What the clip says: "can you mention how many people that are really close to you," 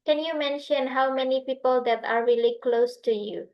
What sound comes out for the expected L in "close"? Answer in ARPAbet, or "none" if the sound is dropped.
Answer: L